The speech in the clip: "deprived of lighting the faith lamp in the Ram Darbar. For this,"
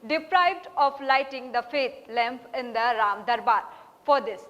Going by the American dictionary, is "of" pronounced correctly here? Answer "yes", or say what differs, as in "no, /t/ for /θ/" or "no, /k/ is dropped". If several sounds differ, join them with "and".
no, /p/ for /v/